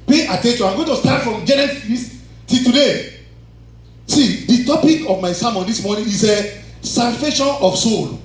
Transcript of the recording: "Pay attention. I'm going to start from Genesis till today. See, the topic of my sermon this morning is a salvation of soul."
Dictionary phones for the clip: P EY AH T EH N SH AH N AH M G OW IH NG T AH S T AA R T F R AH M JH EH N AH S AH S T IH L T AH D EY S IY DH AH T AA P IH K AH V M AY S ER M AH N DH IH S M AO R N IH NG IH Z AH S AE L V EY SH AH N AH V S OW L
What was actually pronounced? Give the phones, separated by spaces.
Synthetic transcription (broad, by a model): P EY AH T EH N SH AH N AH M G OW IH T AH S T AA T F R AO M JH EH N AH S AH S T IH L T AH D EY S IY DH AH T AA P IH K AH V M AY S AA M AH N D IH S M AO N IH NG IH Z AH S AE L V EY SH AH N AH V S OW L